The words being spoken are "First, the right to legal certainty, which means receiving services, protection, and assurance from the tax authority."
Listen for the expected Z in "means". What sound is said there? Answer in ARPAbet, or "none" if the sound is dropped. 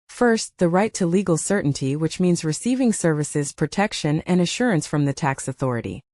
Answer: Z